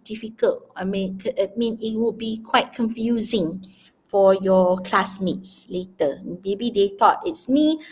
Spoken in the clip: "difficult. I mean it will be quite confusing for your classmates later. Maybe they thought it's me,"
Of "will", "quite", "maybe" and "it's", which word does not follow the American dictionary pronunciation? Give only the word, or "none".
will